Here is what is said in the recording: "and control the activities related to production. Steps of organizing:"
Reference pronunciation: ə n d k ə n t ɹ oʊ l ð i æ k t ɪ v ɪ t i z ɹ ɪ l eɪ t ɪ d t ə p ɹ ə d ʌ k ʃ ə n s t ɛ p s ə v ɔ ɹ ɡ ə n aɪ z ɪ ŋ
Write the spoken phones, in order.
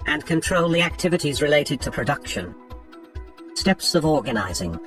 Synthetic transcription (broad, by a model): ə n k ə n t ɹ oʊ l ð i æ k t ɪ v ɪ t i z ɹ ɪ l eɪ t ɪ d t ə p ɹ ə d ʌ k ʃ ə n s t ɛ p s ə v ɔ ɹ ɡ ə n aɪ z ɪ ŋ